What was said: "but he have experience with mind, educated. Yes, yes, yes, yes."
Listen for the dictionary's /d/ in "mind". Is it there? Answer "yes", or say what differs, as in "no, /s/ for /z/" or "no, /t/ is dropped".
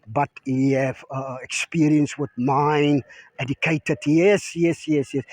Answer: no, /d/ is dropped